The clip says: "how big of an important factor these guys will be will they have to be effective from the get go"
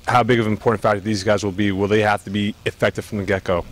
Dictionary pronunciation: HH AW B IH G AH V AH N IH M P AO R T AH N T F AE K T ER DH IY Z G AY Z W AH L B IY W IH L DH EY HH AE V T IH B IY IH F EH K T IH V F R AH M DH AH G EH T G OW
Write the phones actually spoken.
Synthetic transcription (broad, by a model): HH AW B IH G AH V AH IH M P AO R T N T F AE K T DH IY Z G AY Z W AH L B IY W IH L DH EY HH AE F T IH B IY IH F EH K T IH V F R AH M DH AH G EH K OW